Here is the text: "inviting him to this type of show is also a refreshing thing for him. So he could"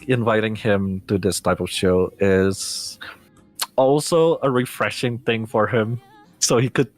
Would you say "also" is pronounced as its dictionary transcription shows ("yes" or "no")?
yes